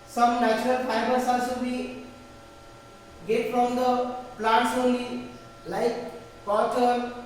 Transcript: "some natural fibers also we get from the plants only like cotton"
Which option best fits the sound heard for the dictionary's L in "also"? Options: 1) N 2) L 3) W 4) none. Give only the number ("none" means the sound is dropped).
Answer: 4